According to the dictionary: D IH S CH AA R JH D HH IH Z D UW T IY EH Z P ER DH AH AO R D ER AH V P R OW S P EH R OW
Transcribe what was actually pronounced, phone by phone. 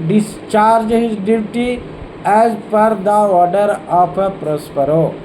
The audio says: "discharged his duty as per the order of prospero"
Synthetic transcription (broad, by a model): D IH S CH AA R JH HH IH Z D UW T IY EH Z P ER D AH AO R D ER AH P P R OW S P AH R OW